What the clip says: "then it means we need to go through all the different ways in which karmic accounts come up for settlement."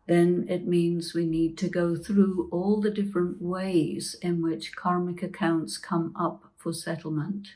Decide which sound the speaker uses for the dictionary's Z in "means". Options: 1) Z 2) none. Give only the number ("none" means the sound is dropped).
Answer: 1